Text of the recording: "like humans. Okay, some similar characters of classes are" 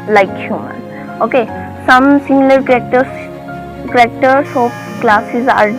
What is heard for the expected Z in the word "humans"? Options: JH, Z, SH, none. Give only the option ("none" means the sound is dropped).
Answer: none